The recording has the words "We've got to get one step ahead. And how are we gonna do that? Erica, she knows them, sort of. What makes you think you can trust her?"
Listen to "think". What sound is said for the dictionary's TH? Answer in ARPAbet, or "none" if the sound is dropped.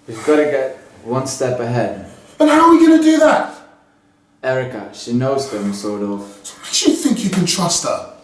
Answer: TH